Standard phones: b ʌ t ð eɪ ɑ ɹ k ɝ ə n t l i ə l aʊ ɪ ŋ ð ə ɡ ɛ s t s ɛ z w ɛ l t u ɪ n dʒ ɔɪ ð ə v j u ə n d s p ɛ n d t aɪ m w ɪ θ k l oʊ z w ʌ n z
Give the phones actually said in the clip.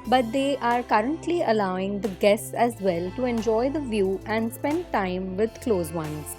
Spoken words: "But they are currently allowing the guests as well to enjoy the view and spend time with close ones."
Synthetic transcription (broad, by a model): b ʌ t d eɪ ɑ ɹ k ɝ ə n t l i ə l aʊ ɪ ŋ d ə ɡ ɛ s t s ɛ z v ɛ l t u ɪ n dʒ ɔɪ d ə v j u ə n d s p ɛ n d t aɪ m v ɪ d k l oʊ z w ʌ n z